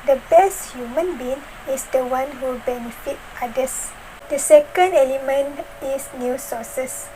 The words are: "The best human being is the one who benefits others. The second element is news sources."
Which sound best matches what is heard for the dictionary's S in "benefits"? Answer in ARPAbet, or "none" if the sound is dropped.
none